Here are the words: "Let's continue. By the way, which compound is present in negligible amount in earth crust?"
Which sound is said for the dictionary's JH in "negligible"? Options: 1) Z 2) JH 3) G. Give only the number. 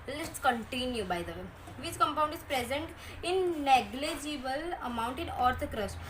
2